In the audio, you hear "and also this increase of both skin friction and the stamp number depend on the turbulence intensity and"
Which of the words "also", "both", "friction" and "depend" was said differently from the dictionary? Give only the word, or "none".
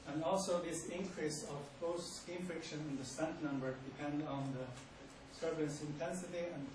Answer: both